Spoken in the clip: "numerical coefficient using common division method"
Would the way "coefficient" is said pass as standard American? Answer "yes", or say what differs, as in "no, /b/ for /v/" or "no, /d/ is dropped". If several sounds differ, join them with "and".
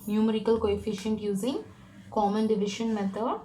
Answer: yes